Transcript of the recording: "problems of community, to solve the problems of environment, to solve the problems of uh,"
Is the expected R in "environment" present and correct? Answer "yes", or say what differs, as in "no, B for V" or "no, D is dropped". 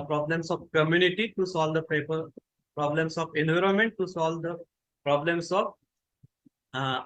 yes